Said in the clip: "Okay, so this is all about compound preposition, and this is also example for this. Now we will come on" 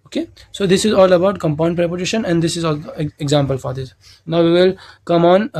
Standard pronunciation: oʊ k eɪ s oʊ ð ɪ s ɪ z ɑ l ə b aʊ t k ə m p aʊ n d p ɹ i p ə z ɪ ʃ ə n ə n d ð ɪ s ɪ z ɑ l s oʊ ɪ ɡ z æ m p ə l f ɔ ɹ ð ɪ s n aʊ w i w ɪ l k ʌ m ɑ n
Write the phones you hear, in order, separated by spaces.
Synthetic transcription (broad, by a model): oʊ k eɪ s oʊ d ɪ s ɪ z ɑ l ə b aʊ t k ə m p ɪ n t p ɹ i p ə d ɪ ʃ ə n ə n d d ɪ s ɪ z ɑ l oʊ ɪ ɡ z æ m p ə l f ɔ ɹ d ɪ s n aʊ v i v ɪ l k ʌ m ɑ n